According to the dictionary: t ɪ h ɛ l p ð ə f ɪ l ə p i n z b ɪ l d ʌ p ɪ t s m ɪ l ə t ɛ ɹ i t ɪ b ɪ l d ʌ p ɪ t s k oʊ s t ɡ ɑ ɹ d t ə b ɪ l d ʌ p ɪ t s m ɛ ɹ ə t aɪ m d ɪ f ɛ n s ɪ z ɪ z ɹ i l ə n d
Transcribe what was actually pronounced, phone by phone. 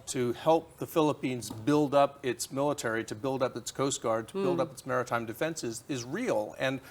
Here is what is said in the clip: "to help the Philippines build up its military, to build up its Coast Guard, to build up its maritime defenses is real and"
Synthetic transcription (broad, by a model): t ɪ h ɛ l p ð ə f ɪ l ə p i n z b ɪ l d ʌ p ɪ t s m ɪ l ə t ɛ ɹ i t ɪ b ɪ l d ʌ p ɪ t s k oʊ s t ɡ ɑ ɹ d t ə b ɪ l d ʌ p ɪ t s m ɛ ɹ ə t aɪ m d ɪ f ɛ n s ɪ z ɪ z ɹ i l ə n